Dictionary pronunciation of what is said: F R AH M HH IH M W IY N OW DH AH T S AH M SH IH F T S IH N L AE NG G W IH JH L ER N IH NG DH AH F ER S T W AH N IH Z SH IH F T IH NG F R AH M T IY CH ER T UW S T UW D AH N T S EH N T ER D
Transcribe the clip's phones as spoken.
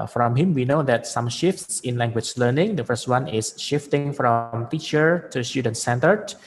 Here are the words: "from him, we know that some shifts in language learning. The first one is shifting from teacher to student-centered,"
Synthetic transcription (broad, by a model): F R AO M HH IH M W IY N OW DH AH T S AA M SH IH F T S IH N L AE NG G W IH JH L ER N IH NG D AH F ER S T W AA N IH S SH IH F T IH NG F R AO M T IY CH ER T UW S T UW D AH N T S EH N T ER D